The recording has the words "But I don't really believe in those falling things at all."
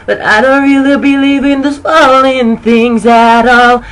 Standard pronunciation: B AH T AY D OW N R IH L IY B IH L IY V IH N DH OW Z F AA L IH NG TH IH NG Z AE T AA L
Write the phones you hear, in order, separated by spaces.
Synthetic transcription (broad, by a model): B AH T AY D OW N R IH L IY B IH L IY V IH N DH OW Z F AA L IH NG TH IH NG Z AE T AA L